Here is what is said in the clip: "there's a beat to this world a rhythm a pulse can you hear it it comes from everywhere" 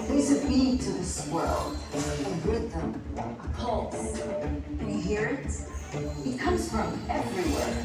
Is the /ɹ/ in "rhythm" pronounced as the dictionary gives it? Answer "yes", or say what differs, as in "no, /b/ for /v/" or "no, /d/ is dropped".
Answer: no, /w/ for /ɹ/